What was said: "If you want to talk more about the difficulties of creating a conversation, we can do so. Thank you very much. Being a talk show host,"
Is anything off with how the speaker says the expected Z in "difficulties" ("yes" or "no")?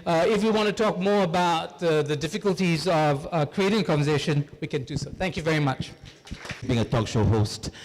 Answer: no